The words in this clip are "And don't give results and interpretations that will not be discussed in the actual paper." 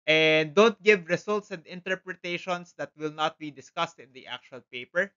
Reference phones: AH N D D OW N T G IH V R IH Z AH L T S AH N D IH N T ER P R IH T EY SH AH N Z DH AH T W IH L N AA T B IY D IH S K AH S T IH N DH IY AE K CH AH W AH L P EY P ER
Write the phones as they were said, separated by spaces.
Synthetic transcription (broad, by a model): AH N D D OW N T G IH V R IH S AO L T S AH N D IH N T ER P R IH T EY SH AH N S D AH T W IH L N AA T B IY D IH S K AH S T IH N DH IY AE K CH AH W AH L P EY P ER